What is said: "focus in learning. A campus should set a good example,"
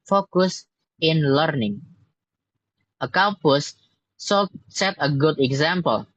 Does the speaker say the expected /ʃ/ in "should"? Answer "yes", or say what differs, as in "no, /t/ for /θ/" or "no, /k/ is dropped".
no, /s/ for /ʃ/